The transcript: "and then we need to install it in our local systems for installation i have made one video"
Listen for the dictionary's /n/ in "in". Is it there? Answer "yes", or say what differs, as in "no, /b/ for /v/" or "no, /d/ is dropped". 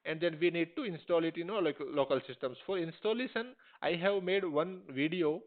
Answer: no, /l/ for /n/